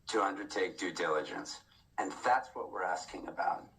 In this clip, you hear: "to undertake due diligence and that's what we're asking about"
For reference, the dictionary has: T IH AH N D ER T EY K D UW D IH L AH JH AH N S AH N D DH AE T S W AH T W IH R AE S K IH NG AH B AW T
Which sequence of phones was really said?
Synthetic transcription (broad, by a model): T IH AH N D ER T EY K D UW D IH L AH JH AH N S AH N DH AE T S W AH T W IH R AE S K IH NG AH B AW T